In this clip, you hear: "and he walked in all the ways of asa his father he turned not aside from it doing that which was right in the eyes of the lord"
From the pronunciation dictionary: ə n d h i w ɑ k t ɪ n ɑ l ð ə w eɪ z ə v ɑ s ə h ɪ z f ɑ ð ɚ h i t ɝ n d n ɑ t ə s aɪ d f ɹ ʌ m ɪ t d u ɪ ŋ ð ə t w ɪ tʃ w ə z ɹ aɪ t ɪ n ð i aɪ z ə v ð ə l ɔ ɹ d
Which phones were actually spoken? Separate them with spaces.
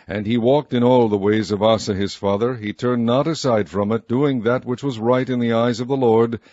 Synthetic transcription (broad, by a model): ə n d i w ɑ k t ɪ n ɑ l ð ə w eɪ z ə v ɑ s ə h ɪ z f ɑ ð ɚ i t ɝ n n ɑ t ə s aɪ d f ɹ ʌ m ɪ t d u ɪ ŋ ð ə t w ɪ tʃ w ə z ɹ aɪ t ɪ n ð i aɪ z ə v ð ə l ɔ ɹ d